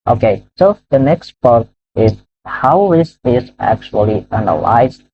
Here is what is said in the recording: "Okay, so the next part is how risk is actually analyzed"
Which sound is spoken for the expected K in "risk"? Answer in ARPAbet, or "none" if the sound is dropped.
none